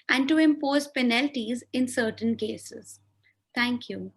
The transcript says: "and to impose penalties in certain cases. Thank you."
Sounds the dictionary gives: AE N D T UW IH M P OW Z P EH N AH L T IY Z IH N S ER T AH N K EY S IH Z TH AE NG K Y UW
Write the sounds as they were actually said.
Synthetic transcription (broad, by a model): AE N D T UW IH M P OW Z P EH N AH L T IY Z IH N S ER T AH N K EY S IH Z T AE NG K Y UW